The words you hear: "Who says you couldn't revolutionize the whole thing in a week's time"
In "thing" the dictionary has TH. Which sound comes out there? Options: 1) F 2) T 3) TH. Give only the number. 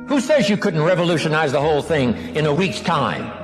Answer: 3